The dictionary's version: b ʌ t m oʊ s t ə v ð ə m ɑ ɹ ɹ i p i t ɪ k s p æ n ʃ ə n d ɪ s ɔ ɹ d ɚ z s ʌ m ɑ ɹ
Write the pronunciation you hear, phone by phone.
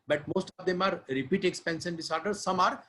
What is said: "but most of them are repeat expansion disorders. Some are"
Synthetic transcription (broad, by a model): b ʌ t m oʊ s t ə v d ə m ɑ ɹ ɹ i p i t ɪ k s p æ n s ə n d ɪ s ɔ ɹ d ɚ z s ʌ m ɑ ɹ